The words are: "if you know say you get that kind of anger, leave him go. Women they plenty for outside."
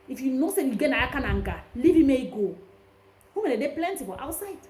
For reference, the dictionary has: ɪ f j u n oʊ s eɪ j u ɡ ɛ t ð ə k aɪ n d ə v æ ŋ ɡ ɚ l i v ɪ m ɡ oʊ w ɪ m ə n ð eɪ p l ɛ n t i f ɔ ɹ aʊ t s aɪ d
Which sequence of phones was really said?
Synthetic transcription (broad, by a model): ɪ f j u n oʊ s eɪ j u ɡ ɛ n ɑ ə k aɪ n ə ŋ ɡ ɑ l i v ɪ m ɡ oʊ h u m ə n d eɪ p l ɛ n t i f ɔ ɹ aʊ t s aɪ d